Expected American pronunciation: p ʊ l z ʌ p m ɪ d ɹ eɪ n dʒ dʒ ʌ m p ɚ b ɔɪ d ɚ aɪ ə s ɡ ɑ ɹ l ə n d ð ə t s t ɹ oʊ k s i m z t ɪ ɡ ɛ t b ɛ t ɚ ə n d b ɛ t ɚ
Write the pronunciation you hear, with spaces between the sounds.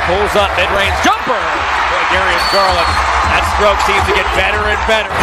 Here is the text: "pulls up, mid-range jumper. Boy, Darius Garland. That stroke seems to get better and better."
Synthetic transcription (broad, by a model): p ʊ l z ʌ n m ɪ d ɹ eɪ n z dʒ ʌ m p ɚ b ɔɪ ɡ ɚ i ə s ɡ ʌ ɹ l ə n ð ə t s t ɹ oʊ k s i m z t ɪ ɡ ɛ t b ɛ t ɚ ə n b ɛ t ɚ